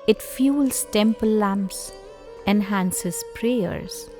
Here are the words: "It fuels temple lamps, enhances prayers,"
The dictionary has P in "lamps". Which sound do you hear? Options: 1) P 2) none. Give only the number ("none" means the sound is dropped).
1